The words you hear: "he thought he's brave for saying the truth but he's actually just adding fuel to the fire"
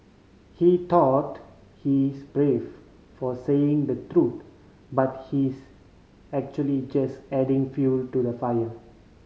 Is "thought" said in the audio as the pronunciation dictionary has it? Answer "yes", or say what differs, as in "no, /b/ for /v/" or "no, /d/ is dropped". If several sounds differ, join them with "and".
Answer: no, /t/ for /θ/